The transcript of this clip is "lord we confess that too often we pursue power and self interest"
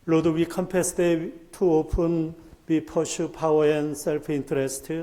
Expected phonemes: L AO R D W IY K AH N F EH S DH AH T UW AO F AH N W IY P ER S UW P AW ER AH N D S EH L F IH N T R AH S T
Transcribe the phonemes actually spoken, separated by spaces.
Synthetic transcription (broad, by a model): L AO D W IY K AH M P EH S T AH T UW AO P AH N W IY P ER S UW P AW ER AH N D S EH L P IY N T R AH S T